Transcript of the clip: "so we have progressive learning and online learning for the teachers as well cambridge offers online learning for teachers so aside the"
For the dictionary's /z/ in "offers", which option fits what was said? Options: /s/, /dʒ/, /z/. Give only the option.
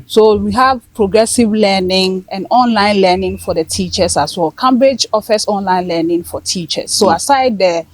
/s/